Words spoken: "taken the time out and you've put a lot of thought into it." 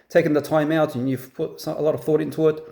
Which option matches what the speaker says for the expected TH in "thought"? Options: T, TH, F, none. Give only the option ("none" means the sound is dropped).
TH